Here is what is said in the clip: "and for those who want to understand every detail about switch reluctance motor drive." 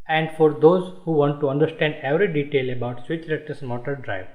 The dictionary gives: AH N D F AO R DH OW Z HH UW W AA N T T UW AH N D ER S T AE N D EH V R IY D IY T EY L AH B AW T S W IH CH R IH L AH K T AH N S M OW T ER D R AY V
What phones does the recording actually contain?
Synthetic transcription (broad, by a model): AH N D F AO R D OW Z HH UW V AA N T T UW AH N D ER S T AE N D EH V R IY D IY T EY L AH B AW T S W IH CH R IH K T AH S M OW T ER D R AY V